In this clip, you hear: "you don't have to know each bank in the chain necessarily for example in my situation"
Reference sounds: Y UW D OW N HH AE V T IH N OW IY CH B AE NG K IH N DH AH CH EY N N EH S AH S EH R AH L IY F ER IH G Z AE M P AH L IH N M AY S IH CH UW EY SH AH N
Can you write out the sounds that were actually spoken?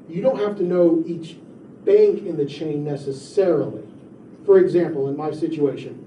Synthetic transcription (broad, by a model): Y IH D OW N HH AE F T IH N OW IY CH B AE NG K IH N DH AH CH EY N N EH S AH S EH R L IY F ER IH G Z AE M P L IH N M AY S IH CH UW EY SH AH N